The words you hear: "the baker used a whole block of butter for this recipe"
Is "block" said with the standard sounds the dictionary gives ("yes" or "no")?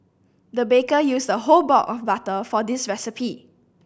no